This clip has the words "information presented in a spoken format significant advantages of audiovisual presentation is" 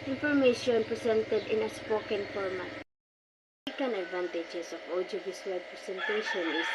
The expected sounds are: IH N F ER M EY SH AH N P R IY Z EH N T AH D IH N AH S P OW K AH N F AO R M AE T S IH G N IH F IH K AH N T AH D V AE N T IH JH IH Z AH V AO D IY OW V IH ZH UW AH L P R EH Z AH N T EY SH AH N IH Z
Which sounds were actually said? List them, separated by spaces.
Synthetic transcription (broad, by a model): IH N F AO M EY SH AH N P R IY S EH N T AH D IH N AH S P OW K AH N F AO R M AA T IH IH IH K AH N AH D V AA N T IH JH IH S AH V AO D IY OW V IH S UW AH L P R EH S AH N T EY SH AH N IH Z